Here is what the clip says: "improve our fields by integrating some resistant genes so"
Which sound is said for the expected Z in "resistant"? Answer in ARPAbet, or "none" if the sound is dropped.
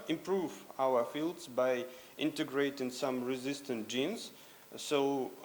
Z